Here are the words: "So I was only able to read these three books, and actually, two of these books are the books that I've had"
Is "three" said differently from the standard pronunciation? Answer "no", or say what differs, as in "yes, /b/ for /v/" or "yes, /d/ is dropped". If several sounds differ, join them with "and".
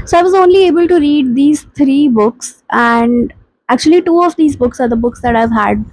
yes, /t/ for /θ/